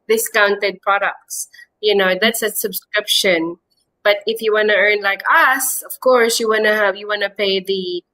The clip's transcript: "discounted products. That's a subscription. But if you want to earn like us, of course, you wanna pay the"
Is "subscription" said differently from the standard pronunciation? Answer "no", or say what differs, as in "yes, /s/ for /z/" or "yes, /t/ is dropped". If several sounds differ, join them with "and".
no